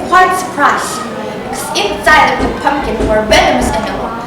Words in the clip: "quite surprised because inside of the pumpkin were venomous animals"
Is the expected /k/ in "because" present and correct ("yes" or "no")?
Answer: no